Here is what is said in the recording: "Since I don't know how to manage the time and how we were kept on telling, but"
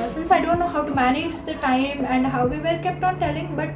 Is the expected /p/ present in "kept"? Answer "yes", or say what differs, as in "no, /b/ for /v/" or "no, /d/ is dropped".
yes